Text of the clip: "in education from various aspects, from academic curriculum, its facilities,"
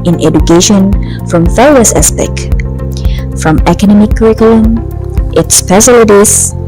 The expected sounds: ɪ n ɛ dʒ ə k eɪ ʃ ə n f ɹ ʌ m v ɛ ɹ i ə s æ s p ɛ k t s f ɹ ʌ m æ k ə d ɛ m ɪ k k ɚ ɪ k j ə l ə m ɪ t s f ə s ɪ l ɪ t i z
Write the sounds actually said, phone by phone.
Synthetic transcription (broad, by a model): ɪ n ɛ dʒ ə k eɪ ʃ ə n f ɹ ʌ m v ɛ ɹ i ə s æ s p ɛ k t f ɹ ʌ m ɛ k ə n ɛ m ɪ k k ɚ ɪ k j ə l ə m ɪ t s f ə s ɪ l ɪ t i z